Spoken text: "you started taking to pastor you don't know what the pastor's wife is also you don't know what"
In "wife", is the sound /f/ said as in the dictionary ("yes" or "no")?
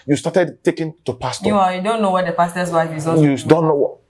no